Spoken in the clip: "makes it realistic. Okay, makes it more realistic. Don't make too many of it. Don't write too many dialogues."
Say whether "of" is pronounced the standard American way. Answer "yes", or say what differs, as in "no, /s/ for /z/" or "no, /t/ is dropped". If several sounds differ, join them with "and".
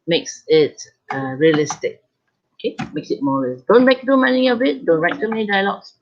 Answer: no, /b/ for /v/